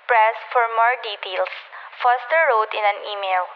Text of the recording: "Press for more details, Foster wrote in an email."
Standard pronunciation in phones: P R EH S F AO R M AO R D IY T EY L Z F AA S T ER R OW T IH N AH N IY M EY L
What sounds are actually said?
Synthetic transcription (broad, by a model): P R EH S F AO R M AO R D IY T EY L S F AA S T ER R OW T IH N AH N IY M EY L